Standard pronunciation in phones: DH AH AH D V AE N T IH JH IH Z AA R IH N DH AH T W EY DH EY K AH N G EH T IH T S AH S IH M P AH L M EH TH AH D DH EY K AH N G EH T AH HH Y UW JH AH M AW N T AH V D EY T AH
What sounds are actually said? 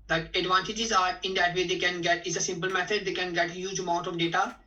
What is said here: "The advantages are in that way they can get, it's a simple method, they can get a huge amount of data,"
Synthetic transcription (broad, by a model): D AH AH D V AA N T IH JH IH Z AA R IH N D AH T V EY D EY K AH N G EH T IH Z AH S IH M P AH L M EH T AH D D EY K AH N G EH T AH HH Y UW JH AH M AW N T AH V D EY T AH